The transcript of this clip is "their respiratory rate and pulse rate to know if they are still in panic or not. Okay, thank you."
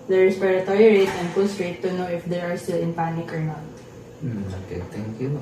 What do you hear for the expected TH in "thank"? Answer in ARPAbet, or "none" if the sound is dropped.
T